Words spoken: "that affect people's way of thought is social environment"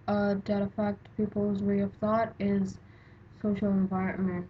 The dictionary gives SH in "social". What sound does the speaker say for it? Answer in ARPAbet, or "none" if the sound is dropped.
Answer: SH